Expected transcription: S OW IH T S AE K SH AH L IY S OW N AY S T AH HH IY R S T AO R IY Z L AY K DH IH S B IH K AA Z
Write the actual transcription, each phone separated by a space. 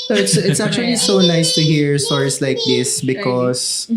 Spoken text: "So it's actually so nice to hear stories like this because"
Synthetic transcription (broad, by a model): S IH T S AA K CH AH L IY S OW N AY S T AH HH IY R S T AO R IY S L AY K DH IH S B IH K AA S